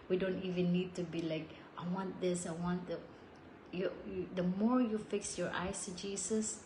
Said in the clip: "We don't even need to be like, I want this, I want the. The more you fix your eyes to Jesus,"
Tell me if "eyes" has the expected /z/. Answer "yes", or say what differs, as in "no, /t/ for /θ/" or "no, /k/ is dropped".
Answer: no, /s/ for /z/